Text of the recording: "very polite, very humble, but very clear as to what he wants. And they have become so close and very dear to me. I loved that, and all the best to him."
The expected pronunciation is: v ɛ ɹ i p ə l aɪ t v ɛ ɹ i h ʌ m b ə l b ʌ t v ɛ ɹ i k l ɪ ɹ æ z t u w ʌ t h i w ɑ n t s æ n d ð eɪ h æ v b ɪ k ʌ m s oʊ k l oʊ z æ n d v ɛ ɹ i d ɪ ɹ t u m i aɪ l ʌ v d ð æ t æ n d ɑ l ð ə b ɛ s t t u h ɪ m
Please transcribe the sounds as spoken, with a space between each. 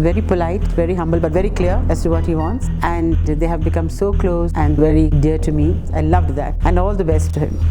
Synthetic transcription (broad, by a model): v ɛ ɹ i p ə l aɪ t v ɛ ɹ i h ʌ m b ə l b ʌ t v ɛ ɹ i k l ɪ ɹ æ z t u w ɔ t h i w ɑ n t s æ n d eɪ h æ v b ɪ k ʌ m s oʊ k l oʊ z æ n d v ɛ ɹ i d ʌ ɹ t u m i aɪ l ʌ v d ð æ t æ n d ɑ l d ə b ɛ s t t u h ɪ m